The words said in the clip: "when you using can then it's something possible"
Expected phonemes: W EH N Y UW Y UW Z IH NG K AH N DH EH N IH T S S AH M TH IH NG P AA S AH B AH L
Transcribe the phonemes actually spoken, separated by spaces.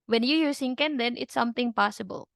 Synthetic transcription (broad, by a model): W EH N Y UW Y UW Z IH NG K AH N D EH N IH T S S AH M T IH NG P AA S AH B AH L